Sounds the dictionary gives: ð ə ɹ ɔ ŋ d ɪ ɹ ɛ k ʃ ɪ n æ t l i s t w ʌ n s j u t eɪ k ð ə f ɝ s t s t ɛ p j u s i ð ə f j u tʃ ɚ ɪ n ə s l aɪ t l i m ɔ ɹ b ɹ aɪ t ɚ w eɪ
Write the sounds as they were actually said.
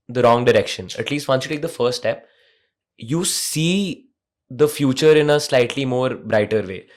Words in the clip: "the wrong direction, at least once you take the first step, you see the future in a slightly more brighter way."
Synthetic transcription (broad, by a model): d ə ɹ ɔ ŋ d ɪ ɹ ɛ k ʃ ɪ n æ t l i s t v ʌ n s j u t eɪ k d ə f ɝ t s t ɛ p j u s i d ə f j u tʃ ɚ ɪ n ə s l aɪ t l i m ɔ ɹ b ɹ aɪ t ɚ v eɪ